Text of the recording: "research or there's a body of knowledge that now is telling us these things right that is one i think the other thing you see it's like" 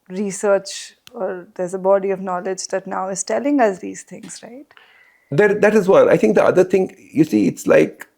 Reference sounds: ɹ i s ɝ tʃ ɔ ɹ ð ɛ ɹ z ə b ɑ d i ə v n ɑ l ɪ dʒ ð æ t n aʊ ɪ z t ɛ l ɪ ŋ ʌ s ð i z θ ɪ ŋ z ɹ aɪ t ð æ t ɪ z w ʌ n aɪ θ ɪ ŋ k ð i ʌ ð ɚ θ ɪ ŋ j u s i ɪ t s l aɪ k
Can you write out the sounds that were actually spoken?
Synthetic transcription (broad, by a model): ɹ i s ɝ tʃ ɔ ɹ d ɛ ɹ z ə b ɑ d i ə v n ɑ l ɪ dʒ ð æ t n aʊ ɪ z t ɛ l ɪ ŋ ʌ s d i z t ɪ ŋ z ɹ aɪ t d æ t ɪ z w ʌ aɪ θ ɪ ŋ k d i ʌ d ɚ t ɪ ŋ j u s i ɪ t s l aɪ k